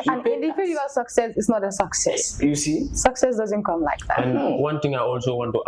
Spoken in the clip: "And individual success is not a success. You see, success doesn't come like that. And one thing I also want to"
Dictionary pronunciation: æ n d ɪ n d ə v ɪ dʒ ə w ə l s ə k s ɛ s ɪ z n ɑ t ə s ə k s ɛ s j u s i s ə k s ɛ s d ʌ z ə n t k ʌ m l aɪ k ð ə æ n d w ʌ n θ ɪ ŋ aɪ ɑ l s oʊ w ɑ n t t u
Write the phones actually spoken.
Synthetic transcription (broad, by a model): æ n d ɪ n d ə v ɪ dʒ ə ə s ə k s ɛ s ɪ s n ɑ t ə s ə k s ɛ s j u s i s ə k s ɛ s d ʌ z ə n t k ʌ m l aɪ k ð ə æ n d w ʌ n t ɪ ŋ aɪ ɑ l s oʊ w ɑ n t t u